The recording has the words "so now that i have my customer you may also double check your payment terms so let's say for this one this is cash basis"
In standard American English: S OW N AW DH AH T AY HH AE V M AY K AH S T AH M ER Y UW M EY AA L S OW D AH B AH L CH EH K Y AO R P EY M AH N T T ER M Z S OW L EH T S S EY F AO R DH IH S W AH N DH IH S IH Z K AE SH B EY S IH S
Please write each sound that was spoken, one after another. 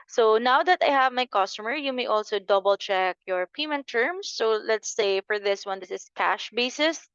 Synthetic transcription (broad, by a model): S OW N AW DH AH T AY HH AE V M AY K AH S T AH M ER Y UW M EY AA L S OW D AH B AH L CH EH K Y AO R P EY M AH N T T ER M S OW L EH T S S EY F AO R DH IH S W AH N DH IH S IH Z K AE SH B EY S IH S